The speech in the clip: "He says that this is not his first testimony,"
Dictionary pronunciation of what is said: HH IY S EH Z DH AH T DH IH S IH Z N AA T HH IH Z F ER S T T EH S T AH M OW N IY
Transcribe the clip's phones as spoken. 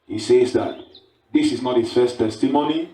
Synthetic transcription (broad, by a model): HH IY S EH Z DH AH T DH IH S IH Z N AA T HH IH S F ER S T T EH S T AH M OW N IY